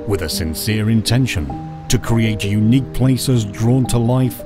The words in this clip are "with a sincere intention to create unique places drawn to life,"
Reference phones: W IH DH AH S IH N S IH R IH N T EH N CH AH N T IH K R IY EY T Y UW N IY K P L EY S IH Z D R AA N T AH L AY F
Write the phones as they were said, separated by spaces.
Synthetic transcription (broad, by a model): W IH DH AH S IH N S IH R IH N T EH N SH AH N T IH K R IY EY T Y UW N IY K P L EY S IH Z D R AA N T AH L AY F